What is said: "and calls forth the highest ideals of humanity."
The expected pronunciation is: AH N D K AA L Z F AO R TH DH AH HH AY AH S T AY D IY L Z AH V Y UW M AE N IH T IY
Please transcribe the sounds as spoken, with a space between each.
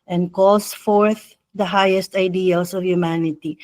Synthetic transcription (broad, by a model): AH N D K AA L S F AO R TH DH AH HH AY AH S T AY D IY L S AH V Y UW M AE N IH T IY